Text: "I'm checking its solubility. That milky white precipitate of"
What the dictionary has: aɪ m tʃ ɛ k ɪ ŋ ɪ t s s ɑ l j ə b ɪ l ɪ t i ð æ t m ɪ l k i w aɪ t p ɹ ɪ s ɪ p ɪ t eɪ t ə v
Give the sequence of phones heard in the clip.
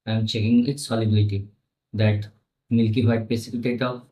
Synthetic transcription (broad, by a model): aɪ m tʃ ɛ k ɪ ŋ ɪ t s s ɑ l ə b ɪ l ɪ t i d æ t m ɪ l k i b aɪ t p ɪ s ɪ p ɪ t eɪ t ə